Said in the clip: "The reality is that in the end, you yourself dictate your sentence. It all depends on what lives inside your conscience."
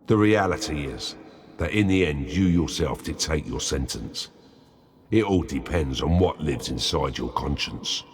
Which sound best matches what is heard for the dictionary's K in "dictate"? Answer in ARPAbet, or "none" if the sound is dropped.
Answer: none